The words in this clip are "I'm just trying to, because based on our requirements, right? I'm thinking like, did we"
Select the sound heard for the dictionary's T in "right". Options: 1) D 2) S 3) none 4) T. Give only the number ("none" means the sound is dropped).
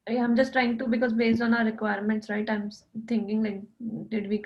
4